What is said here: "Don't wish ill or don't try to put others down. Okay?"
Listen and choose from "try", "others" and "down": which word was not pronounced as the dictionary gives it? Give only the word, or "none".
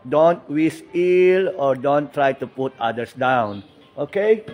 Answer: others